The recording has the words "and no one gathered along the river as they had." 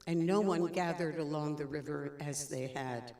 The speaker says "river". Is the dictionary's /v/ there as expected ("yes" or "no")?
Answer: yes